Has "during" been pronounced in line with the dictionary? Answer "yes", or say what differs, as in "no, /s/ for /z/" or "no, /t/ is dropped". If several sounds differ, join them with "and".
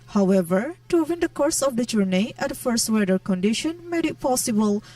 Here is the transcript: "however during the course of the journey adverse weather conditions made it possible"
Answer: no, /w/ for /ɹ/